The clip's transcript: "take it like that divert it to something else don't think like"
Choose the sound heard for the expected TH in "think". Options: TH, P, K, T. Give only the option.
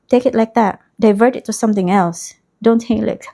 T